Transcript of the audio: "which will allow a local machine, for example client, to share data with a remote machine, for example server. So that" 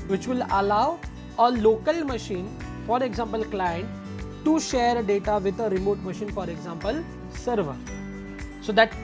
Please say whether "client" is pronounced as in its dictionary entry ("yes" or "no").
yes